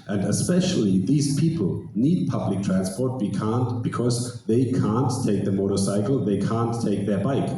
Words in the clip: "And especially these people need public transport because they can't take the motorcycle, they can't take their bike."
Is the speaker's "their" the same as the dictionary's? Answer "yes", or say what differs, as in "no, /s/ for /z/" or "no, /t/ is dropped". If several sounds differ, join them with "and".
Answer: yes